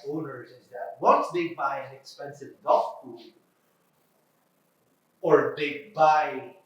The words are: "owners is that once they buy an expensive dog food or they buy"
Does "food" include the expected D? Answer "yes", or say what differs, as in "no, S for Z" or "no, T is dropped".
no, D is dropped